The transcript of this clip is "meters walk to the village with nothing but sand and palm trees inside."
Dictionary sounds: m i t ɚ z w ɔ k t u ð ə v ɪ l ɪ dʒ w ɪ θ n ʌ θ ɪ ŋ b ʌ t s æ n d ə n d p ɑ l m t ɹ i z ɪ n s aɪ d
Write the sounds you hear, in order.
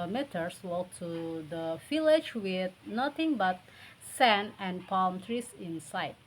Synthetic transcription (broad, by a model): m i t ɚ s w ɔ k t u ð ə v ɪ l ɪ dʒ w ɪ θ n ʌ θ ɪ ŋ b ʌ t s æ n ə n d p ɑ l m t ɹ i s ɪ n s aɪ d